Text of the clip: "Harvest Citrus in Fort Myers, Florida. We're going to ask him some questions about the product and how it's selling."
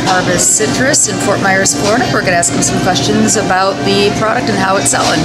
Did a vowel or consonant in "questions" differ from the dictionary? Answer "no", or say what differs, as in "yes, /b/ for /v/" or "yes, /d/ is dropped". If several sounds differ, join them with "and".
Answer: no